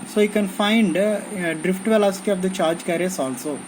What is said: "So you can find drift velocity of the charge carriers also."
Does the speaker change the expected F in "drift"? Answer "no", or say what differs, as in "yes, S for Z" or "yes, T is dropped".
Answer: no